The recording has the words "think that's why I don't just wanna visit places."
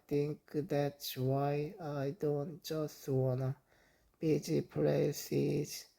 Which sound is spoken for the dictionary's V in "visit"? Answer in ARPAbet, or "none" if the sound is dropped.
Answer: B